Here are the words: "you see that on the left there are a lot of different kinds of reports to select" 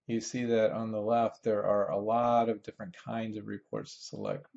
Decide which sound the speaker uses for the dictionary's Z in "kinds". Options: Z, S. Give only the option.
Z